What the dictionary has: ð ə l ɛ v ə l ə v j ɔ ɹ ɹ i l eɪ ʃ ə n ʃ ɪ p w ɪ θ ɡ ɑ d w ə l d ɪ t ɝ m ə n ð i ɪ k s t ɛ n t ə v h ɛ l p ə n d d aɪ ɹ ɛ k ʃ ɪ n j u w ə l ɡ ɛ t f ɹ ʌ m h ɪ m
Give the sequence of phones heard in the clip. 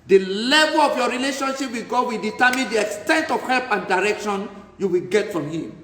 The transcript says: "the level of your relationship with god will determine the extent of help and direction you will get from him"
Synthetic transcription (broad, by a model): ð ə l ɛ v ə l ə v j ɔ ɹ ɹ i l eɪ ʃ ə n ʃ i p w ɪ ɡ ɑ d w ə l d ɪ t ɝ m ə n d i ɪ k s t ɛ n t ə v h ɛ l p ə n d d aɪ ɹ ɛ k ʃ ɪ n j u w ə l ɡ ɛ t f ɹ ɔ m h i m